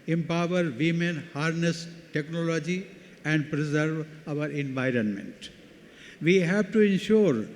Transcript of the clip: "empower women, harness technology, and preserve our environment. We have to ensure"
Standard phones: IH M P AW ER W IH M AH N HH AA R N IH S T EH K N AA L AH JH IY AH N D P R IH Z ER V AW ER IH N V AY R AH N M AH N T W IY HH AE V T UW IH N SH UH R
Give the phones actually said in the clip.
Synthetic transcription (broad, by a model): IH M P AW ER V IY M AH N HH AA R N IH S T EH K N AA L AH JH IY AH N D P R IH Z ER V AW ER IH N V AY R AH N M AH N T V IY HH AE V T UW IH N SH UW R